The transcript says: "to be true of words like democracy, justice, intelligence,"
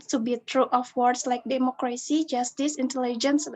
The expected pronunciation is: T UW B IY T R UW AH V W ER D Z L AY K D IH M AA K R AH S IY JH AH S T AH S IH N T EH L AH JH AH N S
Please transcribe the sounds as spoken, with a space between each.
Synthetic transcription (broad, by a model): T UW B IY T R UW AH F W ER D S L AY K D IH M AA K R AH S IY JH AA S T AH S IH N T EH L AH JH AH N S